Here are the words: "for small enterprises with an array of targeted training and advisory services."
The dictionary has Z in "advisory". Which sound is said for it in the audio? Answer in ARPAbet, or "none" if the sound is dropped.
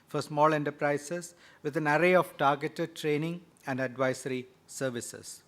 S